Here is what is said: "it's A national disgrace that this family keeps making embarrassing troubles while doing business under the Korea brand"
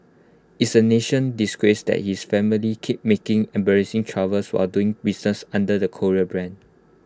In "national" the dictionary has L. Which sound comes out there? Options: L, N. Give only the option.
N